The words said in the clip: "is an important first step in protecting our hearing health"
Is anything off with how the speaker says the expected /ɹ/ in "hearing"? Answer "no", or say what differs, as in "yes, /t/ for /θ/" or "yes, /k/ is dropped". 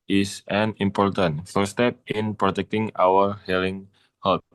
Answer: yes, /l/ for /ɹ/